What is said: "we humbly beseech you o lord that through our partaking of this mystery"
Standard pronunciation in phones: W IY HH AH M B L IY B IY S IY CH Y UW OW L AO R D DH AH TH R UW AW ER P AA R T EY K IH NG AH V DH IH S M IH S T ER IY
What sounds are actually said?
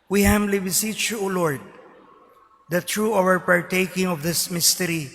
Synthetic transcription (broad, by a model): W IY HH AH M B L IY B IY S IY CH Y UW OW L AO R D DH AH T R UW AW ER P AA R T EY K IH NG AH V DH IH S M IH S T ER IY